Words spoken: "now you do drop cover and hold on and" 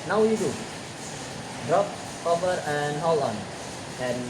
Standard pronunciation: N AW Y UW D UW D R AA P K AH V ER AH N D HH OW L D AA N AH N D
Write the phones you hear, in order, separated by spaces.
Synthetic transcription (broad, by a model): N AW Y UW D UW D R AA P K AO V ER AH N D HH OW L AA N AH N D